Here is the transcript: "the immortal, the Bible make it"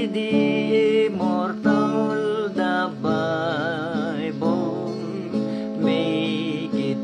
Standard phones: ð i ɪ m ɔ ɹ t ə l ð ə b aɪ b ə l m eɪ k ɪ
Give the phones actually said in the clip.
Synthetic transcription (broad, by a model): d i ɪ m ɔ ɹ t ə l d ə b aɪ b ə n m eɪ k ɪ